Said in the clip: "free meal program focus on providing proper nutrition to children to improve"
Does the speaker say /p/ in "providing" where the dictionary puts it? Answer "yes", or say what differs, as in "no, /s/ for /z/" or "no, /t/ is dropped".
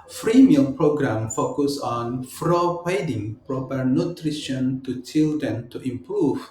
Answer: no, /f/ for /p/